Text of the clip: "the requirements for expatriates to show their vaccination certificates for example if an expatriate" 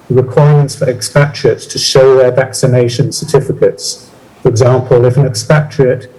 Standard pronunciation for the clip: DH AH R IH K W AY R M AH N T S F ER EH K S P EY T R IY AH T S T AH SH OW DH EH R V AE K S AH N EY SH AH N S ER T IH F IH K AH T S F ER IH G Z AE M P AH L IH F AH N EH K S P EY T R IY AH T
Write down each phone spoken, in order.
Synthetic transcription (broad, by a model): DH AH R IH K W AY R M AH N T S F ER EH K S P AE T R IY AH T S T AH SH OW DH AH V AE K S AH N EY SH AH N S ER T IH F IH K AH T S F ER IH G Z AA M P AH L IH F AH N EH K S P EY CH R IY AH T